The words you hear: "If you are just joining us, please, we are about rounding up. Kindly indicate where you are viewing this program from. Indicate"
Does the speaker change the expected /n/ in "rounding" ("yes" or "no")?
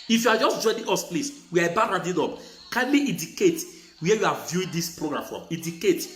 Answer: yes